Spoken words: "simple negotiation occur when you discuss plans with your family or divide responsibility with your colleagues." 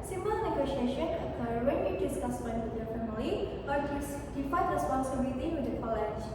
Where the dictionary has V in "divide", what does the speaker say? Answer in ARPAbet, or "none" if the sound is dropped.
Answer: F